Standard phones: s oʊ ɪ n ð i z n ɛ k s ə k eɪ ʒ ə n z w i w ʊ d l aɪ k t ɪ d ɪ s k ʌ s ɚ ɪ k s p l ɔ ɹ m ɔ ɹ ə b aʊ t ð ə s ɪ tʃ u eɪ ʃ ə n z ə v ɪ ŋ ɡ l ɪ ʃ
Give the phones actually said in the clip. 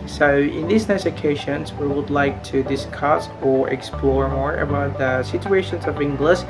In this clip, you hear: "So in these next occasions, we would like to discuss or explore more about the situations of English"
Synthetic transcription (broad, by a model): s oʊ ɪ n ð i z n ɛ s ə k eɪ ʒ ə n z w i w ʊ d l aɪ k t ɪ d ɪ s k ʌ s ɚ ɪ k s p l ɔ ɹ m ɔ ɹ ə b aʊ t ð ə s ɪ tʃ u eɪ ʃ ə n z ə v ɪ ŋ ɡ l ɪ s